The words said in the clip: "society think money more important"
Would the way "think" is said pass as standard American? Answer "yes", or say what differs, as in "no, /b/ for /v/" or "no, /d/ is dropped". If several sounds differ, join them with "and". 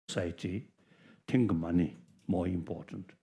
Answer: no, /t/ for /θ/